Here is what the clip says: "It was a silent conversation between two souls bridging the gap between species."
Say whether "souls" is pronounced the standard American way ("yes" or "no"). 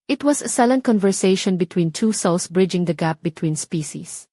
no